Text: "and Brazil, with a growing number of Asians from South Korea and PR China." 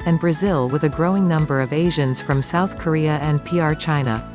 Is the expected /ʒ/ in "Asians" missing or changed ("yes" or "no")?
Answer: no